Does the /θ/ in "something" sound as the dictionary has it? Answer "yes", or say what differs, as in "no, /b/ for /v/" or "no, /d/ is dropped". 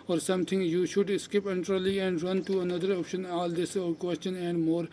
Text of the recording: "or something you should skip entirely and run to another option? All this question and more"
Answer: no, /t/ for /θ/